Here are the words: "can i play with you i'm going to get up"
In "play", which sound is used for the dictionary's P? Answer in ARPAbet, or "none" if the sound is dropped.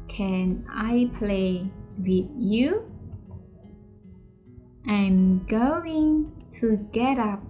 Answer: P